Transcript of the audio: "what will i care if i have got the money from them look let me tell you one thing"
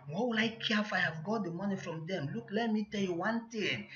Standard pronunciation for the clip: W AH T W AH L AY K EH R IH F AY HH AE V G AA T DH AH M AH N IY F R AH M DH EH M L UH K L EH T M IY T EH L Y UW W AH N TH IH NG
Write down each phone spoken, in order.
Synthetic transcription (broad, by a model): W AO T W AH L AY K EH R IH F AY HH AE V G AA T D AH M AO N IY F R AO M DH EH M L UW K L EH T M IY T EH L Y UW W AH N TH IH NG